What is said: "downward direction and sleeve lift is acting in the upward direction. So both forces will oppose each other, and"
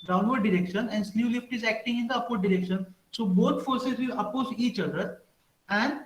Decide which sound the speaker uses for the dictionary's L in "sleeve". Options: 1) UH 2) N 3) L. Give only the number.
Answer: 2